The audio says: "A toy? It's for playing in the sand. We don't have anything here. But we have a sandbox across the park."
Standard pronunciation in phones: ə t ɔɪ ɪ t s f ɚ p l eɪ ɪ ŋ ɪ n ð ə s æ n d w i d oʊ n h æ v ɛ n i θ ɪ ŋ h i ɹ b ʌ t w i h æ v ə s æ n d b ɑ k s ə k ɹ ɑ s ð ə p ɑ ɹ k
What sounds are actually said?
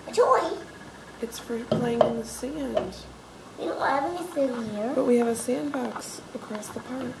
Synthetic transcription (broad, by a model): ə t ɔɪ ɪ t s f ɚ p l eɪ ɪ ŋ ɪ n ð ə s æ n d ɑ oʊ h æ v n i s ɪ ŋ h i ɹ b ʌ t w i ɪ v ə s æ n b ɑ k s ə k ɹ ɑ s ð ə p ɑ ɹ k